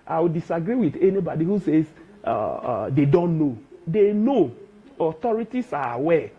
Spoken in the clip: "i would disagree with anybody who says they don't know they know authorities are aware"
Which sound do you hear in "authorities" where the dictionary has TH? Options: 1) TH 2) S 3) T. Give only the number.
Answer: 3